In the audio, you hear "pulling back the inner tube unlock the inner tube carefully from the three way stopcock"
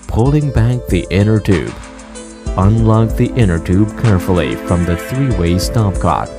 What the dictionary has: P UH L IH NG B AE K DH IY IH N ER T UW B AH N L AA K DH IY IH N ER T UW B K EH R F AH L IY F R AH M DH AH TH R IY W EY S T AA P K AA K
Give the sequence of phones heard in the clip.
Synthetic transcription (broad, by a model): P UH L IH NG B AE K DH IY IH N ER T UW B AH N L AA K DH IY IH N ER T UW B K EH R F L IY F R AH M DH AH TH R IY W EY S T AA P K AA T